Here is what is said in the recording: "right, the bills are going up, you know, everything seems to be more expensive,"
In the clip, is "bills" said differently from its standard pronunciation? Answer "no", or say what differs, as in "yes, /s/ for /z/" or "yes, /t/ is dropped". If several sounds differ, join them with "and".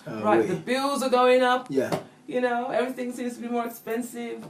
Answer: no